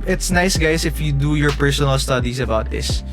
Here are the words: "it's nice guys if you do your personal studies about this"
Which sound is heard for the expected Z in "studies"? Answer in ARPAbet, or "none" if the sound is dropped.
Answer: S